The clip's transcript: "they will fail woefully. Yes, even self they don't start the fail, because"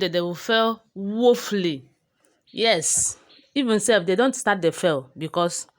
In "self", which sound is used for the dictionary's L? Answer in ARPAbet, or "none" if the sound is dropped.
none